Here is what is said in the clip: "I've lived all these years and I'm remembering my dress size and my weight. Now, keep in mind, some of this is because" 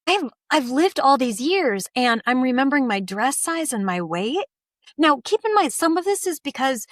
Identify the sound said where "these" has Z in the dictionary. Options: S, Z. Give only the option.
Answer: Z